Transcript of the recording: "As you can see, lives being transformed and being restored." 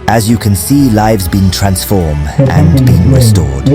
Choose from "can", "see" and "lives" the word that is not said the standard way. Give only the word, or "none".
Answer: none